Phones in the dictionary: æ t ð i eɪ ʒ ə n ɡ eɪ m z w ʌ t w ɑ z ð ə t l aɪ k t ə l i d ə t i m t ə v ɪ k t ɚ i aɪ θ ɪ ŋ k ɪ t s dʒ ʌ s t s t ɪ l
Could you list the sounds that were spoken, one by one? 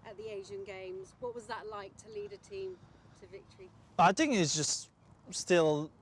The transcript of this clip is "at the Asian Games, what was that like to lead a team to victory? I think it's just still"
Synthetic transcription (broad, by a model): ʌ t ð i eɪ ʒ ə n ɡ eɪ m z w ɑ t w ɑ z ð ə t l aɪ k t ə l i d ə t i m t ə v ɪ k t ɚ i aɪ θ ɪ ŋ k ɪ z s dʒ ʌ s t s t ɪ l